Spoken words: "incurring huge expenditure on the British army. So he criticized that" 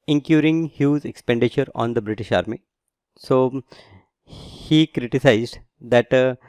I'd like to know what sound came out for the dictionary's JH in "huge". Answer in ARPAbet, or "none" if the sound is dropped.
Z